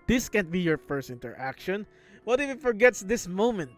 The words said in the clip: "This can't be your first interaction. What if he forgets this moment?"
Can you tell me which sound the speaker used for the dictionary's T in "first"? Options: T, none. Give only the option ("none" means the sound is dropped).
T